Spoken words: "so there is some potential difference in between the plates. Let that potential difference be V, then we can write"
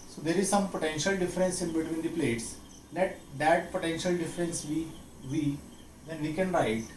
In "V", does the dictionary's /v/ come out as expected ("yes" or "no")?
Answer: yes